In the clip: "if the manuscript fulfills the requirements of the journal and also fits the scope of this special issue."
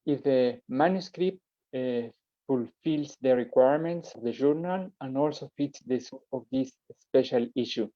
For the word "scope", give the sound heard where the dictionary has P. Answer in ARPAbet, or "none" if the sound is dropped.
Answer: none